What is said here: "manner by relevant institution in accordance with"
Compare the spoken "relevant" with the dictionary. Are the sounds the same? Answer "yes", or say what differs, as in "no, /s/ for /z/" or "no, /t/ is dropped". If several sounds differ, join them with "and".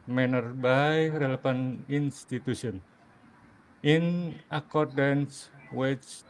no, /p/ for /v/ and /t/ is dropped